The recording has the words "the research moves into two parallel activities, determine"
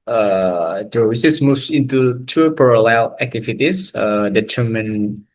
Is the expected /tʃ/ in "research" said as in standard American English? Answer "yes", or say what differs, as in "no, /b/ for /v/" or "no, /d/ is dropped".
no, /s/ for /tʃ/